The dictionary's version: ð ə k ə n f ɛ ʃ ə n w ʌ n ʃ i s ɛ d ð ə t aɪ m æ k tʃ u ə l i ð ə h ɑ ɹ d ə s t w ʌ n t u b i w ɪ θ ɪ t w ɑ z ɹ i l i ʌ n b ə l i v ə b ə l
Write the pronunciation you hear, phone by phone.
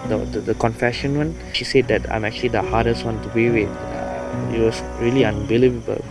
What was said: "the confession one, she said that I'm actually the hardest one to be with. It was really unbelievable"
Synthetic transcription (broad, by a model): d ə k ə n f ɛ ʃ ə n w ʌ n ʃ i s ɛ d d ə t aɪ m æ k tʃ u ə l i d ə h ɑ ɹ d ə s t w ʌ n t u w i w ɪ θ ɪ t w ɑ s ɹ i l i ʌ n b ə l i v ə b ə l